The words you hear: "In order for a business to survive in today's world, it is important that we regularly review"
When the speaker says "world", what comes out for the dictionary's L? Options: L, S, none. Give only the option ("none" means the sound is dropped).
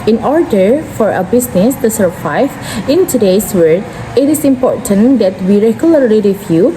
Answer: none